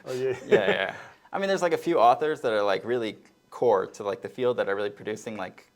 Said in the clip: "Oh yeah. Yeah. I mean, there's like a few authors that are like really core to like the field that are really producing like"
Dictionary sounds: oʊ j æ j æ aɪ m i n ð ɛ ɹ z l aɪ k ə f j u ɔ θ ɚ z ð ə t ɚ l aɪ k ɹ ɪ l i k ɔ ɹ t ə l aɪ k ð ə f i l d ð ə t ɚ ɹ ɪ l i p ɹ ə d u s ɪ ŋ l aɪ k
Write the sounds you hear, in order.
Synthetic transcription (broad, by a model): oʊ j æ j æ aɪ m i n ð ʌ ɹ z l aɪ k ə f j u ɔ θ ɚ z ð ə t ɚ l aɪ k ɹ ɪ l i k ɔ ɹ t ə l aɪ k ð ə f i l d ð ə t ɚ ɹ ɪ l i p ɹ ə d u s ɪ ŋ l aɪ k